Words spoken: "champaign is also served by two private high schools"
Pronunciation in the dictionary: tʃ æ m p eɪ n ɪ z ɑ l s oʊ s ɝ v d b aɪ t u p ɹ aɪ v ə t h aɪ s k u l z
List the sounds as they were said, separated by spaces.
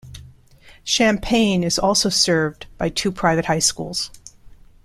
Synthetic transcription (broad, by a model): ʃ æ m p eɪ n ɪ z ɑ l s oʊ s ɝ v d b aɪ t u p ɹ aɪ v ə t h aɪ s k u l z